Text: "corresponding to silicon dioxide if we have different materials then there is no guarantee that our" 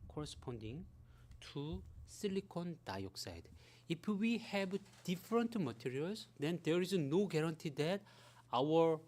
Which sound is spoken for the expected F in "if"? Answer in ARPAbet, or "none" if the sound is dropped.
P